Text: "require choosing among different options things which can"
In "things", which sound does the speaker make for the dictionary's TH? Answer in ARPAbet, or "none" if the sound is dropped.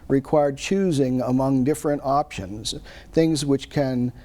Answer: TH